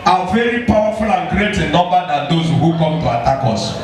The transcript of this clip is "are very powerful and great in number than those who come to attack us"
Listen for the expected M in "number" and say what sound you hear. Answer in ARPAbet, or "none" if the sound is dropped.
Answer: none